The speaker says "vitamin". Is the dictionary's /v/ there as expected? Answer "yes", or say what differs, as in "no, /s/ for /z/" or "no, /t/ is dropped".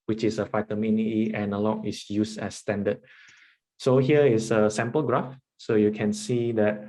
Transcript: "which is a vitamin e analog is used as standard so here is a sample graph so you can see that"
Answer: no, /f/ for /v/